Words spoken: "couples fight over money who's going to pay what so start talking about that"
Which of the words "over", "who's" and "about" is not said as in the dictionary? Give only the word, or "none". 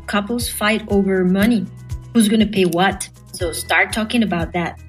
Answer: none